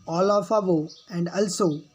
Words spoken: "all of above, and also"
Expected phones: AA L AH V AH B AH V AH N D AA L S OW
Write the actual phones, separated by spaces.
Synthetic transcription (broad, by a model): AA L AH F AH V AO AH N D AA L S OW